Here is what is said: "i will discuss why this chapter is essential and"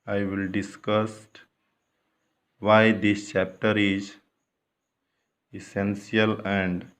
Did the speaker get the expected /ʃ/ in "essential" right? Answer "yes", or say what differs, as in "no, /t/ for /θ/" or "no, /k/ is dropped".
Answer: no, /s/ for /ʃ/